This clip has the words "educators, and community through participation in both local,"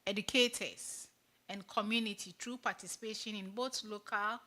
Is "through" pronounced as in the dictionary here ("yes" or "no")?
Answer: no